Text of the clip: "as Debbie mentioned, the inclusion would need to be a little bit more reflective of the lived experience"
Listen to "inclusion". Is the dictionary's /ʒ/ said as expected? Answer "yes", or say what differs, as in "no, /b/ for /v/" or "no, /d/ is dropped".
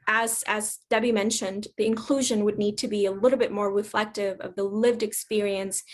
yes